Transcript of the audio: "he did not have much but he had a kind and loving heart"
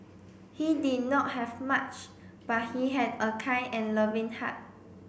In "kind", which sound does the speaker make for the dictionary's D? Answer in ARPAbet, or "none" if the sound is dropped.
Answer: none